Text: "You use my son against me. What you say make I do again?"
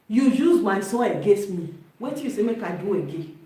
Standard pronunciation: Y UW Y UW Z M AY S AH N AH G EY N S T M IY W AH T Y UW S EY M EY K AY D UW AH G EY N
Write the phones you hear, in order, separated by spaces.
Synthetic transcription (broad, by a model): Y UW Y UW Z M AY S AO AH G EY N S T M IY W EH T Y UW S EY M EY K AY D UW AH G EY